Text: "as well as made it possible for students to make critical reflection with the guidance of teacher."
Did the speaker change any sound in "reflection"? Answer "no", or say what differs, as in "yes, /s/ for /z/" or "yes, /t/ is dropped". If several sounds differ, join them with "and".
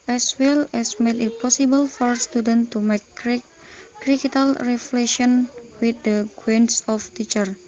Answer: yes, /k/ is dropped